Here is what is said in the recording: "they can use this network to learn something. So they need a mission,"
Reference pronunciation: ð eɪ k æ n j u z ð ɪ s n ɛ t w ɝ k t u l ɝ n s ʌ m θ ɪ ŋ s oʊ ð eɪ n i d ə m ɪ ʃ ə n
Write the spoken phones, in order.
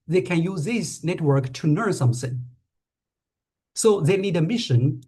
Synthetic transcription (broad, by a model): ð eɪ k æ n j u z ð ɪ s n ɛ t w ɝ k t u n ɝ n s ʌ m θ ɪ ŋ s oʊ ð eɪ n i d ə m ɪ ʃ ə n